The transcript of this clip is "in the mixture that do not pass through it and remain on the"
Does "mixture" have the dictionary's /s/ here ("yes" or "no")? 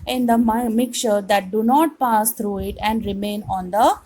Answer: no